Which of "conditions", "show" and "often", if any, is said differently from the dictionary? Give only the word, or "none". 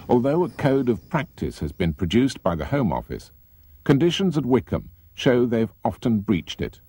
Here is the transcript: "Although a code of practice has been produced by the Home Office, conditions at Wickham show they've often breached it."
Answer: none